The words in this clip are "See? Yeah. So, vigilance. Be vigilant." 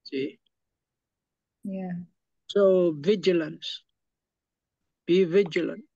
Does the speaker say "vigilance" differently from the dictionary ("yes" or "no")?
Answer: no